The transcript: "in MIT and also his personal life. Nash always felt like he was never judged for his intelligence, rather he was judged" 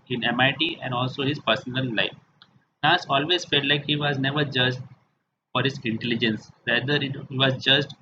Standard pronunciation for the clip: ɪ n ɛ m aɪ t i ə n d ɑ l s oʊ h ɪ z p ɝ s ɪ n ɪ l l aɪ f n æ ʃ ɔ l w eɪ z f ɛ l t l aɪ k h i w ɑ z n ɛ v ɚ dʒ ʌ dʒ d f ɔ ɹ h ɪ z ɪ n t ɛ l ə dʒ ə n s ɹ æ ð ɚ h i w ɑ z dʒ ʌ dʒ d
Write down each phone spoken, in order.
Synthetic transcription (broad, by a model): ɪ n ɛ m aɪ t i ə n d ɑ l s oʊ h ɪ z p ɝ s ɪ n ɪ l l aɪ f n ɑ s ɔ l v eɪ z f ɛ l t l aɪ k h i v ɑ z n ɛ v ɚ dʒ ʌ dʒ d f ɔ ɹ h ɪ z ɪ n t ɛ l ə dʒ ə n s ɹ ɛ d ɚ h i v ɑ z dʒ ʌ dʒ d